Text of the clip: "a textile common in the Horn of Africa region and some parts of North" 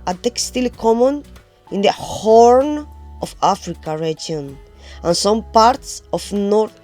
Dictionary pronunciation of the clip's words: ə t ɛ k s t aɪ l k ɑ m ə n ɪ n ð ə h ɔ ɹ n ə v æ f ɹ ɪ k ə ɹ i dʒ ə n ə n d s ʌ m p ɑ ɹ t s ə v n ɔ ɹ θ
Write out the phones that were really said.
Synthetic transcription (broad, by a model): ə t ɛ k s t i l k ɑ m ə n ɪ n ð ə h ɔ ɹ n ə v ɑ f ɹ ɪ k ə ɹ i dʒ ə n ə n s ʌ m p ɑ ɹ t s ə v n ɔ ɹ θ